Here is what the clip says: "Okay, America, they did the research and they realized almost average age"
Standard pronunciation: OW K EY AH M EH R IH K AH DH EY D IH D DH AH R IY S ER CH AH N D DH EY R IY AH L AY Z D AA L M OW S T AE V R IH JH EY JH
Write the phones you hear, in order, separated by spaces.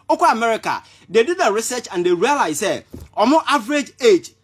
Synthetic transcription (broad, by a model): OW K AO AH M EH R IH K AH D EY D IH D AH R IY S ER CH AH N D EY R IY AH L AY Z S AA M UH T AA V R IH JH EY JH